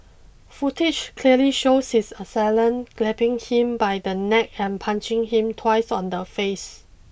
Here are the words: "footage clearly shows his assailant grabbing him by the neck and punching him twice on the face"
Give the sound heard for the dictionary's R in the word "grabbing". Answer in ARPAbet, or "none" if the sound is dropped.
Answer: L